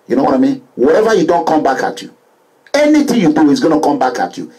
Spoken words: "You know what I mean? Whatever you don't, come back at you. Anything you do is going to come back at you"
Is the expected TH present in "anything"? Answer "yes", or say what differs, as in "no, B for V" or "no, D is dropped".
no, T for TH